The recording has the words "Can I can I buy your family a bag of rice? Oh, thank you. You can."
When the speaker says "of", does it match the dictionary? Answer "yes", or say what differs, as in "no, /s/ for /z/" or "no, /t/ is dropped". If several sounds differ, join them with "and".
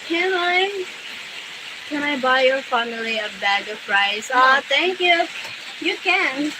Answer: no, /p/ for /v/